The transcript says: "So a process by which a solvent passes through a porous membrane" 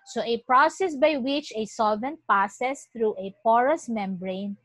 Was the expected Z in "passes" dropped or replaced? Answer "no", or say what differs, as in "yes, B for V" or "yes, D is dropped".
yes, S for Z